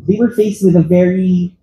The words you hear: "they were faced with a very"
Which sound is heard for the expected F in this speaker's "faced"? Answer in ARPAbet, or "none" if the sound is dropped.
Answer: F